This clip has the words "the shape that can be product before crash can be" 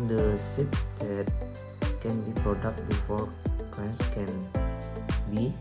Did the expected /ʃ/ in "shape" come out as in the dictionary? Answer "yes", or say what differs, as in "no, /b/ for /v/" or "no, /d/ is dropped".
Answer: no, /s/ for /ʃ/